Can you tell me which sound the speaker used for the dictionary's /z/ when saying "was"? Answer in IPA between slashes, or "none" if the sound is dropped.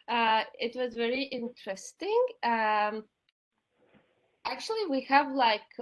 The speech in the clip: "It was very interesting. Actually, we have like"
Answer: /z/